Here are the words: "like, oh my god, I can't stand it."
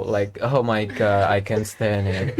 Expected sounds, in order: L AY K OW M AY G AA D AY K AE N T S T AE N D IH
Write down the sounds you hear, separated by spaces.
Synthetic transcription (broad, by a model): L AY K OW M AY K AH AY K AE N S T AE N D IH